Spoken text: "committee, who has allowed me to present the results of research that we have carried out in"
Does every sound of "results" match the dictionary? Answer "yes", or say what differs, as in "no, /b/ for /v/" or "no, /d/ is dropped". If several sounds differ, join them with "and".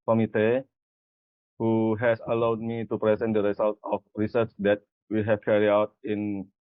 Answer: no, /s/ is dropped